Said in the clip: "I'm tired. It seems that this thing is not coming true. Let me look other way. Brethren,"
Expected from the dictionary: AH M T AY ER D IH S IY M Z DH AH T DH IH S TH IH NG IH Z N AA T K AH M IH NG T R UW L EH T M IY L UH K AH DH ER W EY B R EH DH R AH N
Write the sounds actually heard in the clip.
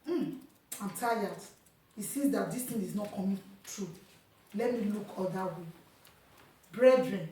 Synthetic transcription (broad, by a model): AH M T AY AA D IH S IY Z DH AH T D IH S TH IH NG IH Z N AA T K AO M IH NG T R UW L EH T M IY L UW K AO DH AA W EY B R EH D R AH N